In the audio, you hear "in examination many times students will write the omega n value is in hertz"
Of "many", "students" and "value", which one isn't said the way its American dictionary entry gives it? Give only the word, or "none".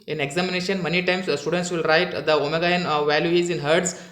none